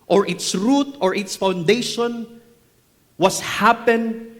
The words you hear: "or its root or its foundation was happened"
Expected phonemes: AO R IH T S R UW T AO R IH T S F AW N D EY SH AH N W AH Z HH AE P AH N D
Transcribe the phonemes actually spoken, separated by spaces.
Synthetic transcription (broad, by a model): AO R IH T S R UW T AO R IH T S F AW N D EY SH AH N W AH S HH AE P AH N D